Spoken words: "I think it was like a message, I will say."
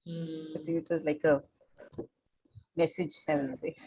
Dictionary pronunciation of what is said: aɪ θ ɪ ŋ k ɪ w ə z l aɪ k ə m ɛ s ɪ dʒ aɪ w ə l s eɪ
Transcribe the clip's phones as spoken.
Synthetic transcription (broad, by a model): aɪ t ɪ ŋ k ɪ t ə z l aɪ k ə m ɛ s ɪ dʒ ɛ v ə n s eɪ